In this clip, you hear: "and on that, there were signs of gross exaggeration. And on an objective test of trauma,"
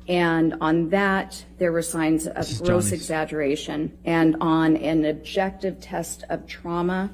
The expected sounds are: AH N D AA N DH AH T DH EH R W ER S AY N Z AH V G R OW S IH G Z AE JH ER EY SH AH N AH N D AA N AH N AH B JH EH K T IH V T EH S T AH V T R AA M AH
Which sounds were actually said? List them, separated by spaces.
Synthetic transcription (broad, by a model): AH N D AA N DH AH T DH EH R W ER S AY N Z AH V G R OW S IH G Z AE JH ER EY SH AH N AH N N AH N AH B JH EH K T IH V T EH S T AH V T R AA M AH